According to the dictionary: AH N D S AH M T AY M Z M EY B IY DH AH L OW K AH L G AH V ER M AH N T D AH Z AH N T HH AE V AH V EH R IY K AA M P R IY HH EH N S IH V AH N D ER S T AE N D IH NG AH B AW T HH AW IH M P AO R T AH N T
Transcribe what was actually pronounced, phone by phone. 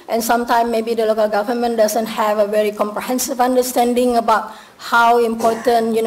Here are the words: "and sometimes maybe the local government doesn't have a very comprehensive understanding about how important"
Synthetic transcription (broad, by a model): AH N S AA M T AY M M EY B IY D AH L OW K AH L G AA V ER M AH N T D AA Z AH N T HH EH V AH V EH R IY K AA M P R IY HH EH N S IH V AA N D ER S T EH N D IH NG AH B AW T HH AW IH M P AO T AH N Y